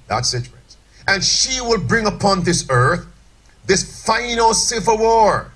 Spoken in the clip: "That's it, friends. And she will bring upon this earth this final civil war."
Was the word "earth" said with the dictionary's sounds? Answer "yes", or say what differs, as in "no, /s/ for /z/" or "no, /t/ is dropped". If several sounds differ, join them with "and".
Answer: yes